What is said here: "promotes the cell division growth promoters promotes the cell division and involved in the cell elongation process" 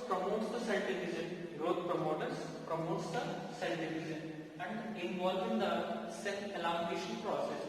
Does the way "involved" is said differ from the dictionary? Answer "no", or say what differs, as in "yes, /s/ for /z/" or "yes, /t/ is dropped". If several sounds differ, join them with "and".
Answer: yes, /d/ is dropped